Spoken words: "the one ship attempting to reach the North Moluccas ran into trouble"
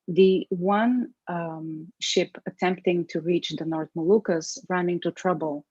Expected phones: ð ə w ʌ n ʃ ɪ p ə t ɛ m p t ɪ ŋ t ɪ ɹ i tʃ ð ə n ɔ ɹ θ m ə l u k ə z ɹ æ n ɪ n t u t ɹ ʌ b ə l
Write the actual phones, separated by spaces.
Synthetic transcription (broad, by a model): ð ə w ʌ n ʃ ɪ p ə t ɛ m p t ɪ ŋ t ɪ ɹ i tʃ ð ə n ɔ ɹ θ m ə l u k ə s ɹ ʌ n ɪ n t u t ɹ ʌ b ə l